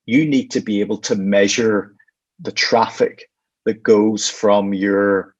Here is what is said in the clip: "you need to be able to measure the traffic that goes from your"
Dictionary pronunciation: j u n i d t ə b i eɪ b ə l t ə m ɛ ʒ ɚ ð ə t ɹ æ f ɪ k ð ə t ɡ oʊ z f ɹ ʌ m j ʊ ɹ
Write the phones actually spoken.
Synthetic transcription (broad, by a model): j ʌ n i d t ə b i eɪ b ə l t ə m ɛ ʒ ɚ ð ə t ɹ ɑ f ɪ k ð ə t ɡ oʊ z f ɹ ʌ m j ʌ ɹ